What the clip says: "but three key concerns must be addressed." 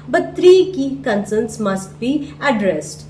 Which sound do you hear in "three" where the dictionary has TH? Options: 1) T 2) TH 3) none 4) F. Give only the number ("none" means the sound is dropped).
1